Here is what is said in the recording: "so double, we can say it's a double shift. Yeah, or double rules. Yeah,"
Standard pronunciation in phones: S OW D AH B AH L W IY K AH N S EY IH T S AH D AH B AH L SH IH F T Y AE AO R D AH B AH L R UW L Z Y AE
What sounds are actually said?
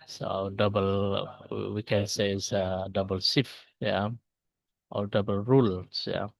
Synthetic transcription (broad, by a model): S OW D AH B AH L W IY K AH N S EY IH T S AH D AH B AH L S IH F Y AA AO L D AH B AH L R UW L S Y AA